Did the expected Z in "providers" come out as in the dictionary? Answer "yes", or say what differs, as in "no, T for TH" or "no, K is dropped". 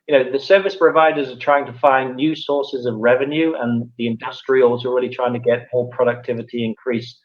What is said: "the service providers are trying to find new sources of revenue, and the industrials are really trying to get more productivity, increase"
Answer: yes